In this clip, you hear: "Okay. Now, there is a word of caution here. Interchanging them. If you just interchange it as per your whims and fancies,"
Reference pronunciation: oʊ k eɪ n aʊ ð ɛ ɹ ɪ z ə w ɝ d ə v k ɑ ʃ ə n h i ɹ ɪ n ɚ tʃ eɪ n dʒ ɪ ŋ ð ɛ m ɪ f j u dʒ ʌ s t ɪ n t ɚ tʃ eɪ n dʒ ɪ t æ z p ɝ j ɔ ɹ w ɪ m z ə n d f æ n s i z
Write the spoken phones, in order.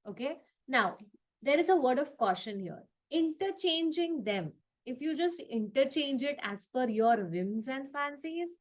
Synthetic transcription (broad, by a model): oʊ k eɪ n aʊ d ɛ ɹ ɪ z ə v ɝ d ə v k ɑ ʃ ə n h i ɹ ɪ n ɚ tʃ eɪ n dʒ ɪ ŋ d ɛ m ɪ f j u dʒ ʌ s t ɪ n t ɚ tʃ eɪ n dʒ ɪ t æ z f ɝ j ɔ ɹ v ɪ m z ə n d f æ n s i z